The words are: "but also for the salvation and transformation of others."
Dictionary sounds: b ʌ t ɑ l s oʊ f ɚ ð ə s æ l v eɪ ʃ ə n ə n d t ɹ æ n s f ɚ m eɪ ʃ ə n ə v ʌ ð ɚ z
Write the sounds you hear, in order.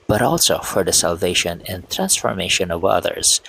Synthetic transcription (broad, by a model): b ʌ t ɑ l s oʊ f ɚ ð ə s æ l v eɪ ʃ ə n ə n t ɹ æ n s f ɚ m eɪ ʃ ə n ə v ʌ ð ɚ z